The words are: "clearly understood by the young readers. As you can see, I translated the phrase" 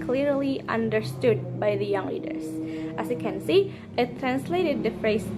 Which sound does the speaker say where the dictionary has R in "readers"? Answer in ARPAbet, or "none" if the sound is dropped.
L